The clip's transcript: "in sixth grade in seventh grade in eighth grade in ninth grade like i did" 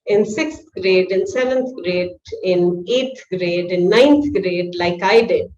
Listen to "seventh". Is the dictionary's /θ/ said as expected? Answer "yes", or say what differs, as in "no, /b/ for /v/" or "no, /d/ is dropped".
no, /t/ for /θ/